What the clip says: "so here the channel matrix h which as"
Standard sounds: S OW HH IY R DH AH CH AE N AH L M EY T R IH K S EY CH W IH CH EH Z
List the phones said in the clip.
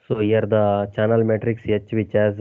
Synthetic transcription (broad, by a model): S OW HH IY R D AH CH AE N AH L M EY T R IH K S EY CH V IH CH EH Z